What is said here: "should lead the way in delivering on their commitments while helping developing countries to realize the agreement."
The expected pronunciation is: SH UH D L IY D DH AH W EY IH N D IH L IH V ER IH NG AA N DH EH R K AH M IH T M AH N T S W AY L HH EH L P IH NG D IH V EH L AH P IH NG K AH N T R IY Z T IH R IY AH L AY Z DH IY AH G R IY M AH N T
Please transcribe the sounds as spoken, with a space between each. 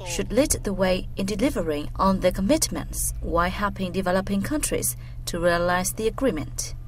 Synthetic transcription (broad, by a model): SH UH D L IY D DH AH W EY IH N D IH L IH V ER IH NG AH N DH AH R K AH M IH T M AH N T S W AY HH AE P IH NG D IH V EH L AH P IH NG K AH N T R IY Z T IH R IY AH L AY Z DH IY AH G R IY M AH N T